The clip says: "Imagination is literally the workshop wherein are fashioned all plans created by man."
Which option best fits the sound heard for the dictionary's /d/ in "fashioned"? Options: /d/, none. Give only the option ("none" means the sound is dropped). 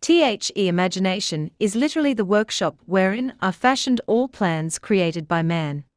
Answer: /d/